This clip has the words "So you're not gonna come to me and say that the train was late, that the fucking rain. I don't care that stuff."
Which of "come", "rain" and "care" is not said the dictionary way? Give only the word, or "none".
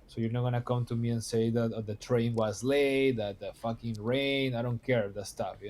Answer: none